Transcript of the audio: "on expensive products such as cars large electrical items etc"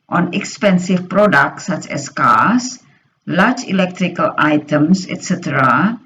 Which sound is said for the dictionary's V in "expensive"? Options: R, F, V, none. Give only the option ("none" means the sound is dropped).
F